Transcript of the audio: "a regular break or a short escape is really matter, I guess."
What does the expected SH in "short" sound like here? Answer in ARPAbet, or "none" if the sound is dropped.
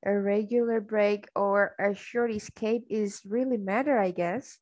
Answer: SH